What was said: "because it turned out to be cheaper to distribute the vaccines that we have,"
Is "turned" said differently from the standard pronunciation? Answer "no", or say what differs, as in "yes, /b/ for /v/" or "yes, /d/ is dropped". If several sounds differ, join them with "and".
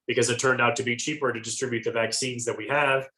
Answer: no